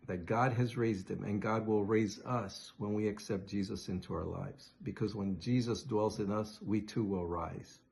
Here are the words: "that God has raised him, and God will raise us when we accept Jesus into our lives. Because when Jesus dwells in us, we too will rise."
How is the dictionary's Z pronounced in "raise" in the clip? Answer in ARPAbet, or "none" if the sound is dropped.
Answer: Z